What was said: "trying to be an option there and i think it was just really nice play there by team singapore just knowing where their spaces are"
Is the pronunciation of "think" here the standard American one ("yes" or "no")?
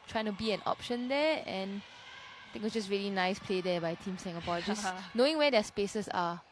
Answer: no